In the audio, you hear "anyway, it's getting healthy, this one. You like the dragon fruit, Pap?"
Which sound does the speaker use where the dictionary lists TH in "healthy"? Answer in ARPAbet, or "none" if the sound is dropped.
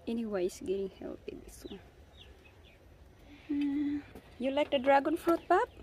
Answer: T